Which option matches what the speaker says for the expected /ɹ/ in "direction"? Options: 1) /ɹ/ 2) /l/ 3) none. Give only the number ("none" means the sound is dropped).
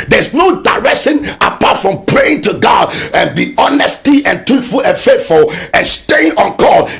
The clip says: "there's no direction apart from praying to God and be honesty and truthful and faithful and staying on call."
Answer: 1